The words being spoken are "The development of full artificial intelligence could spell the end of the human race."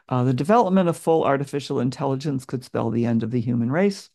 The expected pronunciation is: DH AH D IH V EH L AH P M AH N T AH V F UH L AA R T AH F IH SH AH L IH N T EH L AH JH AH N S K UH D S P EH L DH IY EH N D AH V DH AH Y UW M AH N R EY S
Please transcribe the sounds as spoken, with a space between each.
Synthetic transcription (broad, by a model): DH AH D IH V EH L AH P M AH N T AH V F UH L AA R T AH F IH SH L IH N T EH L AH JH AH N S K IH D S P EH L DH IY EH N D AH V DH AH Y UW M AH N R EY S